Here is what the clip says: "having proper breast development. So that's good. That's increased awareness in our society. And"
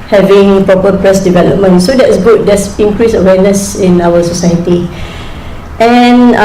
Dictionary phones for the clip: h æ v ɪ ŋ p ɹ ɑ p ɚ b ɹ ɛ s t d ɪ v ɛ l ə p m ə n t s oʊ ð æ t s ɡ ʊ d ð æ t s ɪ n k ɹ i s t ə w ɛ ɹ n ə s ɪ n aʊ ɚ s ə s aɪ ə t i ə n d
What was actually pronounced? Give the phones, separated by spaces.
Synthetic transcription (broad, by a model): h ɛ v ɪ ŋ p ɹ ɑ p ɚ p ɹ ɛ s d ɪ v ɛ l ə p m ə n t s oʊ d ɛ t s ɡ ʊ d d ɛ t s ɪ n k ɹ i s ə w ɛ n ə s ɪ n aʊ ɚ s ə s aɪ ə t i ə n